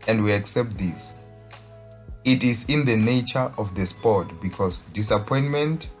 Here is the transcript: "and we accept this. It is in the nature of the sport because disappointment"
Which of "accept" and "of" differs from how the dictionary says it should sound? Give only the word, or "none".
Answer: of